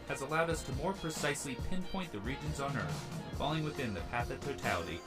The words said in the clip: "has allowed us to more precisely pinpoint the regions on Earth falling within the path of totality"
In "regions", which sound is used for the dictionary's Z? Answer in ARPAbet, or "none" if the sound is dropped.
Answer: Z